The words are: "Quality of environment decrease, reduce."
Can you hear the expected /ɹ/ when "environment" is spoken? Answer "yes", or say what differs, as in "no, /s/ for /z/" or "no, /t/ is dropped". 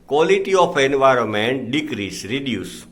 yes